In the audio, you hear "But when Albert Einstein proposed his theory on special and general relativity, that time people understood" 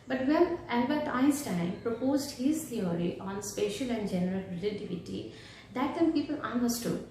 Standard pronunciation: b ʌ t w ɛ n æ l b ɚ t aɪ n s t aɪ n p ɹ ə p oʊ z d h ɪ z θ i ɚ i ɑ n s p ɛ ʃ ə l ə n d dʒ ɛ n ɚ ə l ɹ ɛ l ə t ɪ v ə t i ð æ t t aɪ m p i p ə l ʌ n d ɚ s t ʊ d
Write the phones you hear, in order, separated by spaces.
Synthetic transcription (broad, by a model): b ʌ t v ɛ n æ n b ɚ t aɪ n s t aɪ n p ɹ ə p oʊ z d h ɪ z t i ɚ i ɑ n s p ɛ ʃ ə l ə n d dʒ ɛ n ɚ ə l ɹ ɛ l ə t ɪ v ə t i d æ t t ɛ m p i p ə l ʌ n d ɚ s t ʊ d